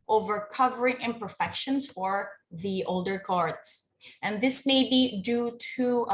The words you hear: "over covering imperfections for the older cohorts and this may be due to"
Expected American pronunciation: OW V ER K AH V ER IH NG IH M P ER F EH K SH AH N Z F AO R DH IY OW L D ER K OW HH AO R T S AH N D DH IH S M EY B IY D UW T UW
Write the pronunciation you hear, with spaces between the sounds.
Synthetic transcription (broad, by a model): OW V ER K AH V ER IH NG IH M P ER F EH K SH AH N S F AO R DH IY OW L D ER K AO R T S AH N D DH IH S M EY B IY D UW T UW